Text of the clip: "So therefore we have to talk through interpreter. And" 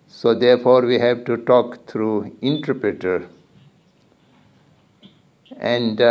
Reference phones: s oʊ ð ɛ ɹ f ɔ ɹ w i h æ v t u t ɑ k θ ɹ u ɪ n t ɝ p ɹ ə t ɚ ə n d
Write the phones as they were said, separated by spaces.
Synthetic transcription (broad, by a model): s oʊ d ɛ ɹ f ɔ ɹ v i h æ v t u t ɑ k t ɹ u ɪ n t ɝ p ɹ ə t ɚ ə n d